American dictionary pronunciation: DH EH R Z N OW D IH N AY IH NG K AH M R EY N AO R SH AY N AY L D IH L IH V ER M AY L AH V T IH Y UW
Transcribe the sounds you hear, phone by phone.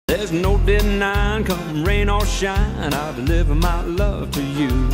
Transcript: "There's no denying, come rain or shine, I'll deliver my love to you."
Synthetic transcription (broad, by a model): DH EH R Z N OW D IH N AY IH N K AH M R EY N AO L SH AY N AY L D IH L IH V ER M AY L AH V T IH Y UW